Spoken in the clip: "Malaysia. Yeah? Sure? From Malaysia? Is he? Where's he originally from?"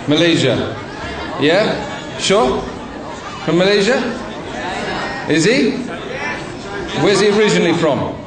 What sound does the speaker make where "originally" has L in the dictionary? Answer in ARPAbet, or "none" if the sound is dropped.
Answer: L